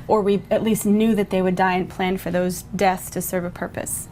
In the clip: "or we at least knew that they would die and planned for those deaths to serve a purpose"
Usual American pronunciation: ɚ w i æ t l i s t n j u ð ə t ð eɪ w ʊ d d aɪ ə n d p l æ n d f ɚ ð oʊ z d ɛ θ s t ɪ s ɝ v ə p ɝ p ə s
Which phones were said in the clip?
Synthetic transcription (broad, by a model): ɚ w i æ t l i s t n j u ð ə t ð eɪ w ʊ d d aɪ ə n p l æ n f ɚ ð oʊ z d ɛ θ s t ɪ s ɝ v ə p ɝ p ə s